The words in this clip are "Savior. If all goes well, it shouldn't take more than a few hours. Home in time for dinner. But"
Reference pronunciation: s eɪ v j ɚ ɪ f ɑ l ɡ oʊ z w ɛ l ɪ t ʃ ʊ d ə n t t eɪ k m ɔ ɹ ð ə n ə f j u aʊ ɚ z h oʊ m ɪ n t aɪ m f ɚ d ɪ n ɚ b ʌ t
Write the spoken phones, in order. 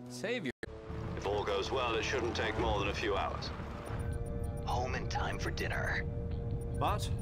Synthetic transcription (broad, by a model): s eɪ v j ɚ ɪ f ɑ l ɡ oʊ z w ɛ l ɪ t ʃ ʊ d n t t eɪ k m ɔ ɹ ð ə n ə f j u aʊ ɚ z h oʊ m ɪ n t aɪ m f ɚ d ɪ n ɚ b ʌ t